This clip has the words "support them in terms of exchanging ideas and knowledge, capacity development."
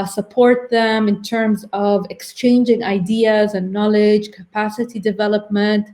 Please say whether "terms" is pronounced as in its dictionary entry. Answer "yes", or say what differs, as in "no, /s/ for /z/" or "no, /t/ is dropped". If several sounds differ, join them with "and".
yes